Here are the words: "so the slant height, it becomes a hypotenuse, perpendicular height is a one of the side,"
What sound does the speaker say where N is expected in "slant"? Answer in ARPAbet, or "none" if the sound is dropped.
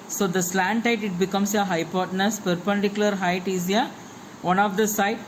N